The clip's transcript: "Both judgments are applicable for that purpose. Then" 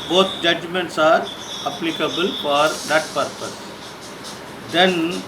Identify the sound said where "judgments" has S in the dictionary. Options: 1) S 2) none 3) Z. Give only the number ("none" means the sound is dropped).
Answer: 1